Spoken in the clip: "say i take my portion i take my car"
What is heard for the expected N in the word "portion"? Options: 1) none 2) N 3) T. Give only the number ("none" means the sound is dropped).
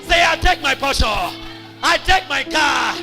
1